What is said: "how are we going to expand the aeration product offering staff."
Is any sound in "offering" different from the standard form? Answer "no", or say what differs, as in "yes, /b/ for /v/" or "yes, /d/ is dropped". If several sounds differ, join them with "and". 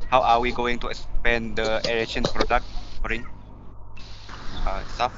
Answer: yes, /f/ is dropped